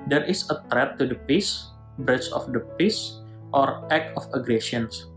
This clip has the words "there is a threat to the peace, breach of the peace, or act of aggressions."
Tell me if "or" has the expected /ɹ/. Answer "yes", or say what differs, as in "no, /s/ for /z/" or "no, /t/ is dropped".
yes